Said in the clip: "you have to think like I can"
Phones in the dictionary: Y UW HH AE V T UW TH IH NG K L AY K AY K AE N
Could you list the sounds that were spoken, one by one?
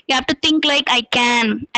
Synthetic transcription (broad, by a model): Y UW HH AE F T UW T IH NG K L AY K AY K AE N